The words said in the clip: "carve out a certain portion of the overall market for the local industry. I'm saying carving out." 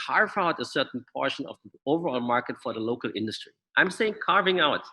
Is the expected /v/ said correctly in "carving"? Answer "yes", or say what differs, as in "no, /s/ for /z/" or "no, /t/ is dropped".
yes